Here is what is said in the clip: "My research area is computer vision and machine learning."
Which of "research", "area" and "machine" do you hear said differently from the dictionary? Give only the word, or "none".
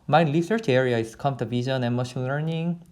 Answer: research